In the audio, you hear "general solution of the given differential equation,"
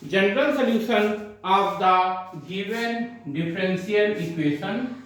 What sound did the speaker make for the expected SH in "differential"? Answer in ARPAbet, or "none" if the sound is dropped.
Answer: S